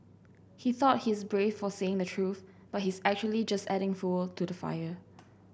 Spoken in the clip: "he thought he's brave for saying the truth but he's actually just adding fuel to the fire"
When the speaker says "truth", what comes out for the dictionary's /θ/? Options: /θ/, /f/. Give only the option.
/θ/